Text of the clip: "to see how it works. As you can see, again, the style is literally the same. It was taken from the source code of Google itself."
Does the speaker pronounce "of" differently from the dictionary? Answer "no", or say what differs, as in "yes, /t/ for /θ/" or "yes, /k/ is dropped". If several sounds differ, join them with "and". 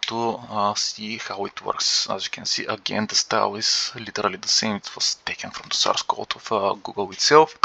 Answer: yes, /f/ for /v/